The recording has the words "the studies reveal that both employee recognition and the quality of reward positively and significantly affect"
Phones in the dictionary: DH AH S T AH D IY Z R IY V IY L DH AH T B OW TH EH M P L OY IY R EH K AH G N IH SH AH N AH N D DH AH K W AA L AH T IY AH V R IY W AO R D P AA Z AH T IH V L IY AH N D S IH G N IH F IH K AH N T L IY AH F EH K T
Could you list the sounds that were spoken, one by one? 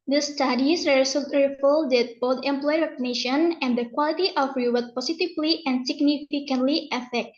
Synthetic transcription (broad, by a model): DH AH S T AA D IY S R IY F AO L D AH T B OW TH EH M P L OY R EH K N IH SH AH N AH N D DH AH K W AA L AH T IY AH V R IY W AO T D P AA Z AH T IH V L IY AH N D S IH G N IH F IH K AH N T L IY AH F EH K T